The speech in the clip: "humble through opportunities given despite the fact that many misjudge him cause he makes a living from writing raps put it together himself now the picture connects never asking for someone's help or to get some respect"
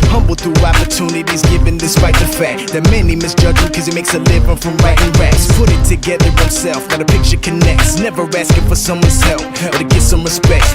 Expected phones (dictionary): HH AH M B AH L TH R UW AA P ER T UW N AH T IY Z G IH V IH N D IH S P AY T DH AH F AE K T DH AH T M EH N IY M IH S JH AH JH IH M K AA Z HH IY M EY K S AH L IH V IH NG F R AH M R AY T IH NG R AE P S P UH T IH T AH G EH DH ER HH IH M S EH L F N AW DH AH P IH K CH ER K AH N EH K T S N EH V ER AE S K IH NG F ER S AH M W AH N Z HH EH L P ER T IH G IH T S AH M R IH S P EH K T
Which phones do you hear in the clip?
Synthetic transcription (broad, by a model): HH AH M B L TH R UW AA P ER T UW N AH T IY Z G IH V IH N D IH S P AY T DH AH F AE K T DH AH T M EH N IY M IH S JH AH JH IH K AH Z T M EY K S AH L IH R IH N F R AH M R AY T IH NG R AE S P UH T IH T AH G EH DH ER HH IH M S EH L F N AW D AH P IH K CH ER K AH N EH K T S N EH V ER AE S K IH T F ER S AH M W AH N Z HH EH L F ER T IH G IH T S AH M R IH S P EH K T